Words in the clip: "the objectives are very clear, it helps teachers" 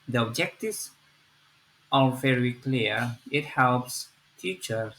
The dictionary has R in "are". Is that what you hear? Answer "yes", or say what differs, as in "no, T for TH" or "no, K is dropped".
no, L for R